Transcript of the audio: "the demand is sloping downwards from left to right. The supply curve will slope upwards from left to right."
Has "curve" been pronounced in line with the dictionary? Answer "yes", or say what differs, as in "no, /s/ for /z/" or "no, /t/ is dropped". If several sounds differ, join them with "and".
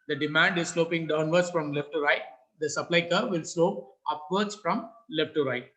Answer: yes